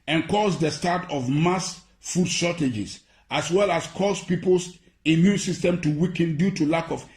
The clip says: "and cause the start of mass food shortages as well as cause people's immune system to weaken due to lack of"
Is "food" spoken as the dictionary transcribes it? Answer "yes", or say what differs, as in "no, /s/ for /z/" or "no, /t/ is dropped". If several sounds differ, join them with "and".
yes